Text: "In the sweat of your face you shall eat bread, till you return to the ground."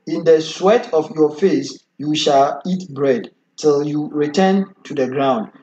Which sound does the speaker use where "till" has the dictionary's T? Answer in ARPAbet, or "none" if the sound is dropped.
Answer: T